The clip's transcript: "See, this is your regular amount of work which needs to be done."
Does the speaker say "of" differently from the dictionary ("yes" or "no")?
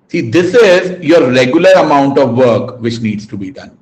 no